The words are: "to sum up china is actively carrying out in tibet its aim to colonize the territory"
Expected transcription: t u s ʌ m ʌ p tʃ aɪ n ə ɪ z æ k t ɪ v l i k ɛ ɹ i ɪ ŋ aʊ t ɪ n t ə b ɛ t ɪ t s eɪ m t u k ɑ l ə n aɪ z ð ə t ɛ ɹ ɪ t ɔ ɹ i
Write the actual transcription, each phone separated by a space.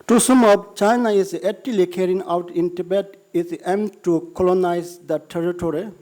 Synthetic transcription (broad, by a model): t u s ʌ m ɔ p tʃ aɪ n ə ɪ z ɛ t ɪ l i k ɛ ɹ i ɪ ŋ aʊ t ɪ n t ə b ɛ t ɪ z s eɪ m t u k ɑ l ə n aɪ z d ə t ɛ ɹ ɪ t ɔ ɹ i